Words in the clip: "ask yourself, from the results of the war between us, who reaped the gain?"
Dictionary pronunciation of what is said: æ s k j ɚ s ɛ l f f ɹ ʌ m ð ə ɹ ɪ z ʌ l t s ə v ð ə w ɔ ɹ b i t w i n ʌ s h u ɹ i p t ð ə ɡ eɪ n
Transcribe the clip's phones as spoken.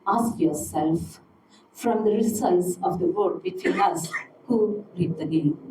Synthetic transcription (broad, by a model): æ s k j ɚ s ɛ l f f ɹ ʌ m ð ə ɹ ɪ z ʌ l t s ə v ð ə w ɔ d b i t w i n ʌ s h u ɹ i t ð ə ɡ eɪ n